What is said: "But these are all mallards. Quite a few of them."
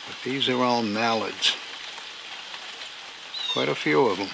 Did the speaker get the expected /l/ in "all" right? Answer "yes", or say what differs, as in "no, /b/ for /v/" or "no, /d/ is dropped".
no, /n/ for /l/